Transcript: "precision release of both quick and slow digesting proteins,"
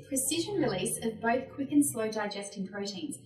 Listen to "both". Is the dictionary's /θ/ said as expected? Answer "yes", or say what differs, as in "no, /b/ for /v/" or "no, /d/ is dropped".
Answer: yes